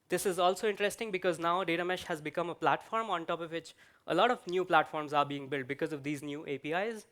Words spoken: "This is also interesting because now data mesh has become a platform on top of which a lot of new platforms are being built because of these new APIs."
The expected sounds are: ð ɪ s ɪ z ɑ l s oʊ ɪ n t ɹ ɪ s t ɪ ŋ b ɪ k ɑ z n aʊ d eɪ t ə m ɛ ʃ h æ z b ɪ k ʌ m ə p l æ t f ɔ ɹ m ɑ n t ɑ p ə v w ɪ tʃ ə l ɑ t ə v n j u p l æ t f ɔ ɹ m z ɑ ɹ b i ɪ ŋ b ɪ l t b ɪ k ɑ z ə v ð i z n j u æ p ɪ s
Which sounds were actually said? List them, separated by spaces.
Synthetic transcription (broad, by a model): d ɪ s ɪ z ɑ l s oʊ ɪ n t ɹ ɪ s t ɪ ŋ b ɪ k ɑ z n aʊ d eɪ t ə m ɛ ʃ h æ z b ɪ k ʌ m ə p l æ t f ɔ ɹ m ɑ n t ɑ p ə v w ɪ tʃ ə l ɑ t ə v n j u p l æ t f ɔ ɹ m z ɑ ɹ b i ɪ ŋ b ɪ l t b ɪ k ɑ z ə v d i z n j u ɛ p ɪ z